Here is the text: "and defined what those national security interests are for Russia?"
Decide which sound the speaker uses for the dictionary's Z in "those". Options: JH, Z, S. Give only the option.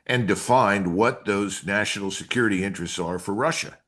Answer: Z